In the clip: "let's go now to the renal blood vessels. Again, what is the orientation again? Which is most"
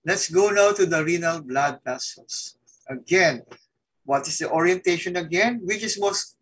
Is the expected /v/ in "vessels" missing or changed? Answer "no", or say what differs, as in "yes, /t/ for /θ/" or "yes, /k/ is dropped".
yes, /p/ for /v/